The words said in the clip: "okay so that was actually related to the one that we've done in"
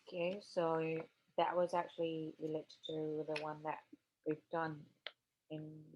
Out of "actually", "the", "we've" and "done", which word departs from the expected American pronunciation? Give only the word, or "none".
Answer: none